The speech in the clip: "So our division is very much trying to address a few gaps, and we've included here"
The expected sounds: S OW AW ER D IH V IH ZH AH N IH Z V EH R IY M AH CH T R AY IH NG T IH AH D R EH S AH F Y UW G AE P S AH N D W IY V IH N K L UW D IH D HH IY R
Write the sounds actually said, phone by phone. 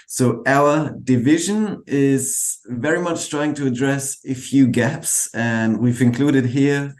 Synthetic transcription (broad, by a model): S OW AW ER D IH V IH ZH AH N IH Z V EH R IY M AH CH T R AY IH NG T IH AH D R EH S AH F Y UW G AE P S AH N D W IY V IH N K L UW D IH D HH IY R